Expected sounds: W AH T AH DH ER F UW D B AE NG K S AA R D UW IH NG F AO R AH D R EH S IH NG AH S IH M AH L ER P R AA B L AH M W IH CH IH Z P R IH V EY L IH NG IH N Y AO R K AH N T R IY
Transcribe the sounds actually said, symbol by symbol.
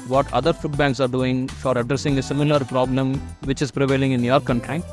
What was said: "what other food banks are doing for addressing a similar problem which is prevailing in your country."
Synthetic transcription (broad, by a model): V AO T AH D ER F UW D B AE NG K S AA R D UW IH NG F AO R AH D R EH S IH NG AH S IH M AH L ER P R AA B L AH M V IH CH IH Z P R IH V EY L IH NG IH N Y AO R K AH N T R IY